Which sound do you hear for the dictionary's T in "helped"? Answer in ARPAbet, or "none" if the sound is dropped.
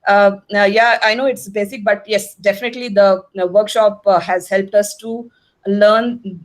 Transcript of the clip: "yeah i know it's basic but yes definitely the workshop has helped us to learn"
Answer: T